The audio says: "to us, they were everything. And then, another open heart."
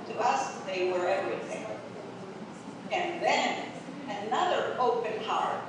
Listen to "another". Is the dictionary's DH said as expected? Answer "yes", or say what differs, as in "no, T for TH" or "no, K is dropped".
yes